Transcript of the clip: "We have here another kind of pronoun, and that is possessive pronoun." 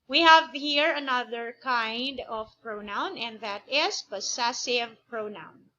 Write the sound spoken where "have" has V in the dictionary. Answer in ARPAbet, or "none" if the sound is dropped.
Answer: V